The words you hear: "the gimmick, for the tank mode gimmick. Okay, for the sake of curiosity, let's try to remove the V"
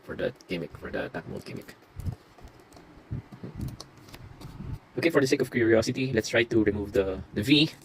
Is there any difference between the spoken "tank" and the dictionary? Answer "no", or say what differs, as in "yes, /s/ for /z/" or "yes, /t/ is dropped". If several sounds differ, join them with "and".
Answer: yes, /ŋ/ is dropped